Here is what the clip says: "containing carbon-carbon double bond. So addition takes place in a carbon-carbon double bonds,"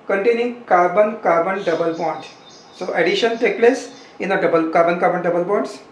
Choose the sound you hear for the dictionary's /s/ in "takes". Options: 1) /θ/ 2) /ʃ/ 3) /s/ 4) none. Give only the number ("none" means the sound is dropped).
4